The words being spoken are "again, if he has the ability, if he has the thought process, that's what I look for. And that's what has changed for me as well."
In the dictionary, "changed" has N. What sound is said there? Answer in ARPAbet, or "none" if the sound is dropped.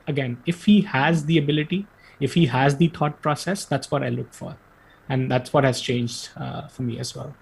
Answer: N